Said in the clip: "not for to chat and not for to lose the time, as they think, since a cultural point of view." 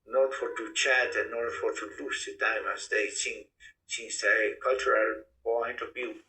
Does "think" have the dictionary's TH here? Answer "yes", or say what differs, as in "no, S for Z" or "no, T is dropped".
no, S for TH